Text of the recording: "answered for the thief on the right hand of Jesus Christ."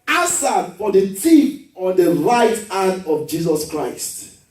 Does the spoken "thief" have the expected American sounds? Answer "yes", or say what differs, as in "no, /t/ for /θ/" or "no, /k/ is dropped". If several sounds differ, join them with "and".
no, /t/ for /θ/